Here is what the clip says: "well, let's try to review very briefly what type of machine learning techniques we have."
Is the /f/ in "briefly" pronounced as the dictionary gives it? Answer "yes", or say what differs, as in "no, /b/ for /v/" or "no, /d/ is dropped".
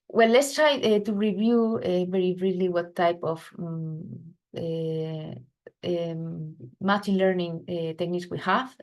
no, /f/ is dropped